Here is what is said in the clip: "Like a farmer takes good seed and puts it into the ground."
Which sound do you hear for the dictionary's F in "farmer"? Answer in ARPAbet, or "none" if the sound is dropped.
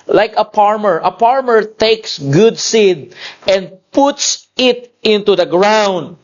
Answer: P